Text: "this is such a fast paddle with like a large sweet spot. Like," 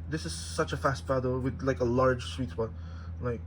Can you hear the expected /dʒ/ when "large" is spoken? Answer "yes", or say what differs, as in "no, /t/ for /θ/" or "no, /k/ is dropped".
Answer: no, /ʒ/ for /dʒ/